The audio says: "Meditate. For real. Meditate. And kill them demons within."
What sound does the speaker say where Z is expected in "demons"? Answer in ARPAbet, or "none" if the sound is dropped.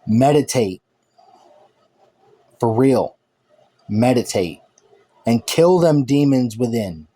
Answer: Z